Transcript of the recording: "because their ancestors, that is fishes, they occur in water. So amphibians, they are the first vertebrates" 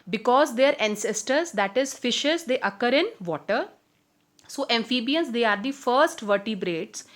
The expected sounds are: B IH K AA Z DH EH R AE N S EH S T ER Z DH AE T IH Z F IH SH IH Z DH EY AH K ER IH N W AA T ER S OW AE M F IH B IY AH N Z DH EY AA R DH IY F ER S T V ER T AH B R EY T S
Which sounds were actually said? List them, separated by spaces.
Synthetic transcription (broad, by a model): B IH K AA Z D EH R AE N S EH S T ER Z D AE T IH Z F IH SH IH Z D EY AH K ER IH N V AA T ER S OW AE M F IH B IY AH N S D EY AA R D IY F ER S T V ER T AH B R EY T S